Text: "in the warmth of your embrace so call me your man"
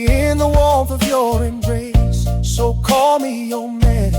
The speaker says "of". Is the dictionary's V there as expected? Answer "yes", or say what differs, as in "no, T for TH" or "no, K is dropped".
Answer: yes